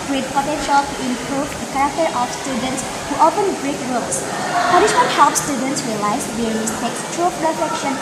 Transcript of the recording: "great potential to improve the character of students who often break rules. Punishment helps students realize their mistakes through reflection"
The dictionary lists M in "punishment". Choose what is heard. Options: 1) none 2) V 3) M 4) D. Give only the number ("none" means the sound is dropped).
1